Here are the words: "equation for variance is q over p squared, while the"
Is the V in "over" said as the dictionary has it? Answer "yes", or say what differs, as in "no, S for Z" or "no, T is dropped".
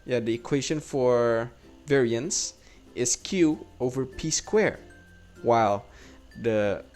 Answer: yes